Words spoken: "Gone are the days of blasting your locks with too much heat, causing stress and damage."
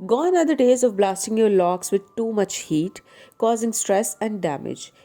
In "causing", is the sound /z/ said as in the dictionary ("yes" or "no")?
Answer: yes